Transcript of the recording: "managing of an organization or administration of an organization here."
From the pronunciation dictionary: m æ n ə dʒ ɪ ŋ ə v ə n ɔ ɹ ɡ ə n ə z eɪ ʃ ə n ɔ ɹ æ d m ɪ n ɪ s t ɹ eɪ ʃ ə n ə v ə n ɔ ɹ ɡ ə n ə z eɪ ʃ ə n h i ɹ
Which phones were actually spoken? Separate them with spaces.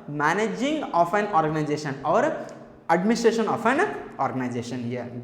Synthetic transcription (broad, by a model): m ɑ n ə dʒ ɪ ŋ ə p ə n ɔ ɹ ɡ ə n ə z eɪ s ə n ɔ ɹ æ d m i n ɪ s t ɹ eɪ s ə n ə p ə n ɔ ɹ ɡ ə n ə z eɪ s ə n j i